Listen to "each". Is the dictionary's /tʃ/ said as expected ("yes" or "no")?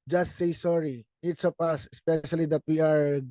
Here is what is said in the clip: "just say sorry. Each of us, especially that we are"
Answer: no